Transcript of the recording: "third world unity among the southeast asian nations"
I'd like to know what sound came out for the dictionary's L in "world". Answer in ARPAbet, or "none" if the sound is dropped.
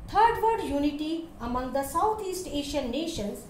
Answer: none